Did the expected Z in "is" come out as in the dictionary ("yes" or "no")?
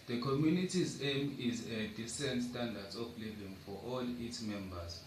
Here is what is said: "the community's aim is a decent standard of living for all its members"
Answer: yes